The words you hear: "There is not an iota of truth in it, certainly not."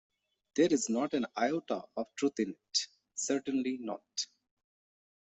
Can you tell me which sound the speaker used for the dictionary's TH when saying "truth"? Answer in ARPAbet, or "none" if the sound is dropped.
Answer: T